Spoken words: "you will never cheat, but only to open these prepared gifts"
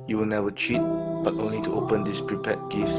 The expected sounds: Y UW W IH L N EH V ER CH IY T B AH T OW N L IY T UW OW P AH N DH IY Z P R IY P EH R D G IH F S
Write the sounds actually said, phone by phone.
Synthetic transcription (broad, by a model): Y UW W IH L N EH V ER CH IY T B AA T OW N L IY T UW OW P AH N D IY S P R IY P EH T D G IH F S